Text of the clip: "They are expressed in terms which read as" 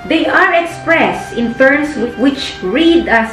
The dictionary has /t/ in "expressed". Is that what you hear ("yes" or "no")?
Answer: yes